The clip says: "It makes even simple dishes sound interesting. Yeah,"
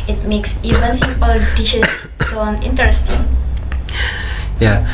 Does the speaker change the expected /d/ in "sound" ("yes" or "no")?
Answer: yes